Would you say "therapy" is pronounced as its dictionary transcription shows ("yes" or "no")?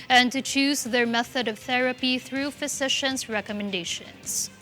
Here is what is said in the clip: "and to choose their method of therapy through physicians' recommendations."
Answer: yes